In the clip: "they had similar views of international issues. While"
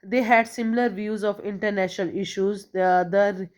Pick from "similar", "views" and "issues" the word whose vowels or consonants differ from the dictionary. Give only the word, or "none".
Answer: none